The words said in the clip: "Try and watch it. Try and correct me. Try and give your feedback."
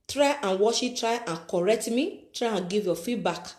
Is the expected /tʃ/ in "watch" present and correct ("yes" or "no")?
no